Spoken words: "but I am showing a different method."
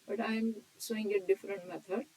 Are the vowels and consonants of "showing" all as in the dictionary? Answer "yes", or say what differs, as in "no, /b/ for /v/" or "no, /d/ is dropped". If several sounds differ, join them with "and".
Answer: no, /s/ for /ʃ/